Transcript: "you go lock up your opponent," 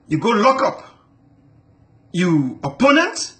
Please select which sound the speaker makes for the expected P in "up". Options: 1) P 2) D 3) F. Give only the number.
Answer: 1